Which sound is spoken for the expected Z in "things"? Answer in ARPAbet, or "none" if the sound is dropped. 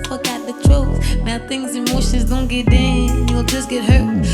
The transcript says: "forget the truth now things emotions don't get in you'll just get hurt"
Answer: Z